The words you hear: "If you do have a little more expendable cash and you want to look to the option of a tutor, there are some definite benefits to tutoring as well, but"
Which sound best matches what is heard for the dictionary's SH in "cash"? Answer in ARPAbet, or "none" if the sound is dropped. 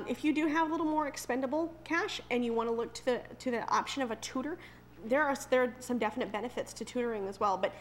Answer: SH